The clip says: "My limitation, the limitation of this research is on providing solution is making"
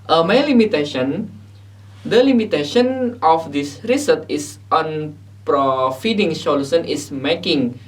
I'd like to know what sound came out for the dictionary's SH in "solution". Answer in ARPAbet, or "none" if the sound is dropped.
S